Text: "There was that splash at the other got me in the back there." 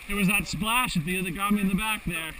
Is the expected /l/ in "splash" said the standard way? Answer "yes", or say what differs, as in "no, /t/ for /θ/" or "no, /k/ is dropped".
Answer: yes